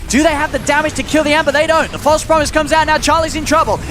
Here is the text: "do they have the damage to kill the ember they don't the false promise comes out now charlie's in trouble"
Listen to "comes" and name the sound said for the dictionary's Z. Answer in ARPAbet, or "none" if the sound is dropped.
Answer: Z